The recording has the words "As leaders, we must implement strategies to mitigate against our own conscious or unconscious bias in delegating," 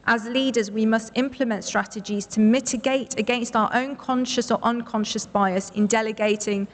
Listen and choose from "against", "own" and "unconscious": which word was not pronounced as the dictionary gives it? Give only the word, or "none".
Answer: none